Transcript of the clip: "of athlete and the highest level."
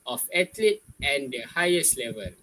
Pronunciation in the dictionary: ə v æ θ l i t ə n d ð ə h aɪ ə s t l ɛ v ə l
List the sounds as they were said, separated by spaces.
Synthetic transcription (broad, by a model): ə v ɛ t l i ə n d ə h aɪ ə s t l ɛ v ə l